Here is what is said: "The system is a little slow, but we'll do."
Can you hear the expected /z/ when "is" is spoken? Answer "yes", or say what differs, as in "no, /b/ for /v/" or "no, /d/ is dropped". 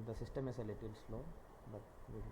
no, /s/ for /z/